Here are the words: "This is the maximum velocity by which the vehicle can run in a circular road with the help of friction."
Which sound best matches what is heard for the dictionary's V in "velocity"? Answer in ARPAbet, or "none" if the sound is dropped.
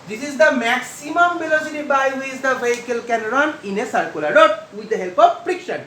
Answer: B